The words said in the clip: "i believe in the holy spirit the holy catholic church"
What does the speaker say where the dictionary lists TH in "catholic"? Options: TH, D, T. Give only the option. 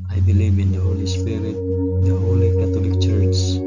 T